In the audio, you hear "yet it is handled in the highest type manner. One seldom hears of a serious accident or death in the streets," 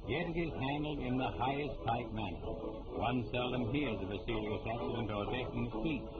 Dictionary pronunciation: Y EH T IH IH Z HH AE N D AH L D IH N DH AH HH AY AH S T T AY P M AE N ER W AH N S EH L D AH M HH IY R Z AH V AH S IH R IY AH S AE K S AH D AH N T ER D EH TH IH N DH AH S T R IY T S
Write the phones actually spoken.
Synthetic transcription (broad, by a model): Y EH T IH IH Z HH AE N D L D IH N DH AH HH AY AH S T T AY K M AE N ER W AH N S EH L D AH M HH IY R Z AH V AH S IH L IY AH S AE K S AH D AH N T ER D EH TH IH N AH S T IY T